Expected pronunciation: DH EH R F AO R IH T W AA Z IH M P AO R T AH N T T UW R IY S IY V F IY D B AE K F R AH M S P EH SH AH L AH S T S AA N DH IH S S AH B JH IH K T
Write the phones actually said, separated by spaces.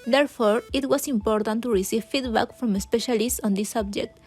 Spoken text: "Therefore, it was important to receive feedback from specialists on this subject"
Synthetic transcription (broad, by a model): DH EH R F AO R IH T W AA S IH M P AO R T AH N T T UW R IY S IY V F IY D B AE K F R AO M S P EH SH AH L AH S T S AA N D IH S S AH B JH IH K T